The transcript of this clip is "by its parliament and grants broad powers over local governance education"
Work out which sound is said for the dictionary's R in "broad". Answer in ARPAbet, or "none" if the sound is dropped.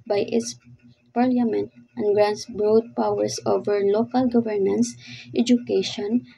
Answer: R